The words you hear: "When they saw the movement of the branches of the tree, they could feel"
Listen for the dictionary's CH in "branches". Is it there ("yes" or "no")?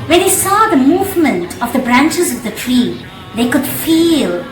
yes